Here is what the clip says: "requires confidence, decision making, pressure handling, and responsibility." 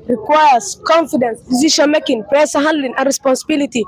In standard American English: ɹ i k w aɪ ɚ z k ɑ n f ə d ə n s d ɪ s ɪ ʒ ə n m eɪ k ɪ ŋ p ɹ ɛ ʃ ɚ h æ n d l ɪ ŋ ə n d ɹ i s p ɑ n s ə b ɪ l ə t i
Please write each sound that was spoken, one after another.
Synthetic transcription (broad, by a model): ɹ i k w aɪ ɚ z k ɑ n f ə d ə n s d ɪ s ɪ ʃ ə n m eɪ k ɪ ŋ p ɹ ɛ s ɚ h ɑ n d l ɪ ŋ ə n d ɹ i s p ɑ n s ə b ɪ l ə t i